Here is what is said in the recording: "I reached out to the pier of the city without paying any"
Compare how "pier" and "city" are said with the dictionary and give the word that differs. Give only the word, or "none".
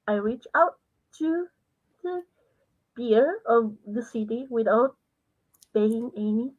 pier